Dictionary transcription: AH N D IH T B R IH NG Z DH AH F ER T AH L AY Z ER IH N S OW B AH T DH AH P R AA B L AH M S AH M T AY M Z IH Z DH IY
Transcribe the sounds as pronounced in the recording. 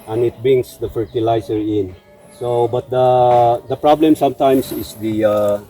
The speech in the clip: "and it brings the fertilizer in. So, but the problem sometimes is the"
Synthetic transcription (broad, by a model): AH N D IH T B R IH NG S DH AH F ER T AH L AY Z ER IH N S OW B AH T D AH P R AA B L AH M S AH M T AY M S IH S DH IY